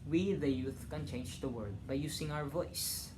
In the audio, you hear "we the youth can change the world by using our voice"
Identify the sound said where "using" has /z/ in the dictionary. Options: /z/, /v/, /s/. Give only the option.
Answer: /s/